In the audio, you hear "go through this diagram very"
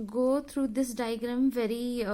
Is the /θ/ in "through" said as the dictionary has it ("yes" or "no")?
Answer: no